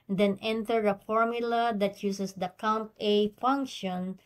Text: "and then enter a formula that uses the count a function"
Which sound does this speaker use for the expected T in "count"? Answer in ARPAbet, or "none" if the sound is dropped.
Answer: T